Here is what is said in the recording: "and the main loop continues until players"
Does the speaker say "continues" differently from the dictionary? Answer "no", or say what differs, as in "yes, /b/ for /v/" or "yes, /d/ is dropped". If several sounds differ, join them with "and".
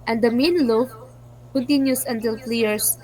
yes, /s/ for /z/